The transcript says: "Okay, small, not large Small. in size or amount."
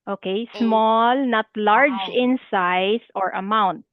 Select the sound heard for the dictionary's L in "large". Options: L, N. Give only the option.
L